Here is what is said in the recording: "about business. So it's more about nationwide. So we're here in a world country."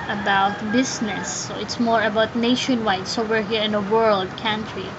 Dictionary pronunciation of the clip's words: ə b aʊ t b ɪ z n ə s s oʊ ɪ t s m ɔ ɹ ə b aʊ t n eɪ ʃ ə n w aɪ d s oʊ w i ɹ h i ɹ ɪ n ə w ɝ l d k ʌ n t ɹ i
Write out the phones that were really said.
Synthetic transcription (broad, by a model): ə b aʊ t b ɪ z n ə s s oʊ ɪ t s m ɔ ɹ ə b aʊ t n eɪ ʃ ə n w aɪ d s oʊ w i ɹ h i ɹ ɪ n ə w ɝ l d k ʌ n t ɹ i